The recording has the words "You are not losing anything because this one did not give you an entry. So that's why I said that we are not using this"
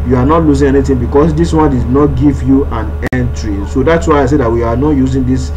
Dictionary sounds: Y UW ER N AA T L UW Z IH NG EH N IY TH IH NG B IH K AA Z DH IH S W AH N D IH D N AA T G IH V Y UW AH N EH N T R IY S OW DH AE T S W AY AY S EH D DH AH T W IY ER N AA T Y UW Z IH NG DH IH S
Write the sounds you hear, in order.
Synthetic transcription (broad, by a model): Y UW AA N AA T L UW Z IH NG EH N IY T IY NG B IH K AA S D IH S W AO N D IH D N AA T G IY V Y UW AH N EH N T R IY S OW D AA T S W AY AY S EH D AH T W IY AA N AA T Y UW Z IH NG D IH S